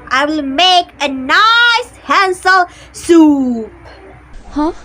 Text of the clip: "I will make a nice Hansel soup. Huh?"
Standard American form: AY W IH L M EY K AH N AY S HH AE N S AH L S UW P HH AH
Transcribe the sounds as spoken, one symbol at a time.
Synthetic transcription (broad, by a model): AY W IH L M EY K AH N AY S HH AE N S AH L S UW P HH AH